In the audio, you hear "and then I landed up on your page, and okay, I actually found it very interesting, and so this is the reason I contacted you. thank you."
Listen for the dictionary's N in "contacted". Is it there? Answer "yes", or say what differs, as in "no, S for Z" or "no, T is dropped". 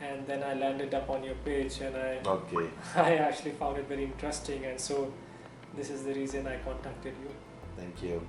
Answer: yes